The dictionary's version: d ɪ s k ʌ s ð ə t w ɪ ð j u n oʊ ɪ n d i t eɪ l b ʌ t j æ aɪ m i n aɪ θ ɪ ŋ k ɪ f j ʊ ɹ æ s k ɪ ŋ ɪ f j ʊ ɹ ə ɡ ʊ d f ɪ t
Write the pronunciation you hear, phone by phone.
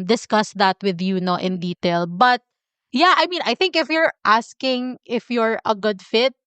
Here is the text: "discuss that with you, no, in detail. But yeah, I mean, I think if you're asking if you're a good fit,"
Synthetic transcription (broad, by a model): d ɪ s k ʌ s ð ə t w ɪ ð j u n oʊ ɪ n d i t eɪ l b ʌ t j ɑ aɪ m i n aɪ θ ɪ ŋ k ɪ f j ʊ ɹ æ s k ɪ ŋ ɪ f j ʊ ɹ ə ɡ ʊ d f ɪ t